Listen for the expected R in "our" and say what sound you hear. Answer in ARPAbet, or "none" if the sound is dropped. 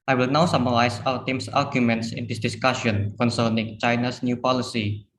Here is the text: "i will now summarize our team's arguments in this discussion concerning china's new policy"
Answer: L